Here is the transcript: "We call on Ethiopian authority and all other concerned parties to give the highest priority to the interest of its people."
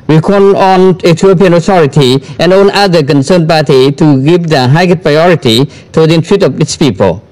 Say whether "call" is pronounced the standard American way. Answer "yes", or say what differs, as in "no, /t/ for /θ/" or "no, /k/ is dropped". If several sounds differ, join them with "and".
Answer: no, /n/ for /l/